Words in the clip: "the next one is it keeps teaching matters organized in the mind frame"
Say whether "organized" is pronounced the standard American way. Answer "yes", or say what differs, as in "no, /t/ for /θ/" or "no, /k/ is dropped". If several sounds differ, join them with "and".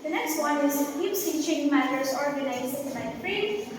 no, /d/ is dropped